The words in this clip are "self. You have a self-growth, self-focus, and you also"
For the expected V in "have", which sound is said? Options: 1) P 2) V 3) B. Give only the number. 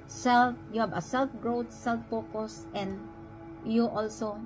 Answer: 3